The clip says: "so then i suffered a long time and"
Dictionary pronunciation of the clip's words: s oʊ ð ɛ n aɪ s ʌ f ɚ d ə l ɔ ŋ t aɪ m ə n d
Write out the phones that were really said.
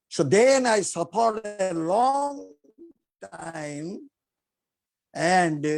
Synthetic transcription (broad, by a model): s oʊ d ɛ n aɪ s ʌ p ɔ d ə l ɔ ŋ t aɪ m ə n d